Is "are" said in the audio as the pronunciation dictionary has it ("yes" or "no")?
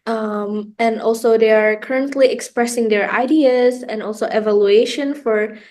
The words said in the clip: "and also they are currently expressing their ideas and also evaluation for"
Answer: yes